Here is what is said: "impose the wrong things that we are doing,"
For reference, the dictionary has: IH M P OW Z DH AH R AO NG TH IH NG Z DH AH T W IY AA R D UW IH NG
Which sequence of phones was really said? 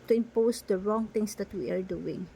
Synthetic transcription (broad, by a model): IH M P OW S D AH R AO NG T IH NG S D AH T W IY AA R D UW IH NG